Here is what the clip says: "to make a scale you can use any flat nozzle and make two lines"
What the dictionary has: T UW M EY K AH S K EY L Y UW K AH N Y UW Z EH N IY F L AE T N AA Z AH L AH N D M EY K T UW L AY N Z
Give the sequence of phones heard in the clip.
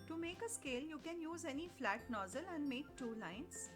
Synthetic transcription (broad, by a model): T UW M EY K AH S K EY L Y UW K AH N Y UW Z EH N IY F L AE T N AA Z AH L AH N D M EY K T UW L AY N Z